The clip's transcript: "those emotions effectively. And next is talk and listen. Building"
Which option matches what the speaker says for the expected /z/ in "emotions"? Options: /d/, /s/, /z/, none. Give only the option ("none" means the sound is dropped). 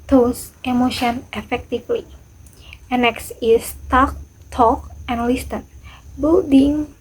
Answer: none